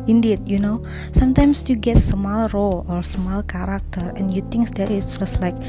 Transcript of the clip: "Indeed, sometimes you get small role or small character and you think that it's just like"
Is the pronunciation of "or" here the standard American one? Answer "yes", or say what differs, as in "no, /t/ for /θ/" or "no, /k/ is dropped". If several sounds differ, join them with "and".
yes